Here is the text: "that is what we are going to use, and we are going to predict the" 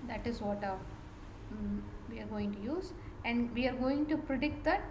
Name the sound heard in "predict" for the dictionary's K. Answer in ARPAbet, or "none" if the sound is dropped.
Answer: K